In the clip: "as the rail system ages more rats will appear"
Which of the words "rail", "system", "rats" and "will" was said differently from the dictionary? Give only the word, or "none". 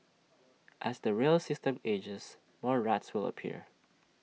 none